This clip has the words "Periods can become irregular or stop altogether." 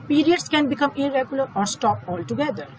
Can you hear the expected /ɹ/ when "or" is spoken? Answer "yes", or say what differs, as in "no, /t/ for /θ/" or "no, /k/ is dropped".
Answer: yes